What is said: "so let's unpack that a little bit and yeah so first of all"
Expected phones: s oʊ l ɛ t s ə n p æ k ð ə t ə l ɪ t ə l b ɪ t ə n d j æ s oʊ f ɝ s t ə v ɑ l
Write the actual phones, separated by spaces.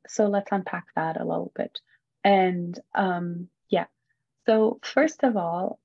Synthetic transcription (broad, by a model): s oʊ l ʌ t s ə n p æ k ð ə t ə l ɪ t l b ɪ t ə n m j æ s oʊ f ɝ s t ə v ɑ l